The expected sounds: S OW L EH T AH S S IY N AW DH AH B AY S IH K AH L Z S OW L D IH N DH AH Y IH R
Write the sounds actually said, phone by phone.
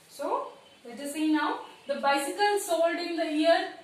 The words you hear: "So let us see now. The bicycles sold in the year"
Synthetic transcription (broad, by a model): S OW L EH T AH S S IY N AW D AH B AY S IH K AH L S OW L D IH N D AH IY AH R